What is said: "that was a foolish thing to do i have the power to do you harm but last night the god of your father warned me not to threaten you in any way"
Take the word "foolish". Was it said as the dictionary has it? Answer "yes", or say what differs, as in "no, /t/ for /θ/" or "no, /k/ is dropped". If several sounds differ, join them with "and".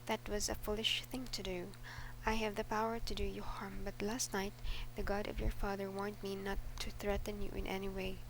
yes